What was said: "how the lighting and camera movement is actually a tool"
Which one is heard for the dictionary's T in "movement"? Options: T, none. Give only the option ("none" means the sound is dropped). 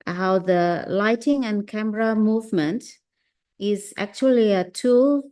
T